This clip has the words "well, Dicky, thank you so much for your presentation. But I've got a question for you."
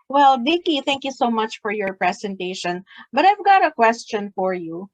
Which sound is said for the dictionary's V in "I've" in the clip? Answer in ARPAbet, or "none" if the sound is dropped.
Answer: V